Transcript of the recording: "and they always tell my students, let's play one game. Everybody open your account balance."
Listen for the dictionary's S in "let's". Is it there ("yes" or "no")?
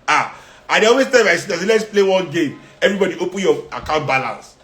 yes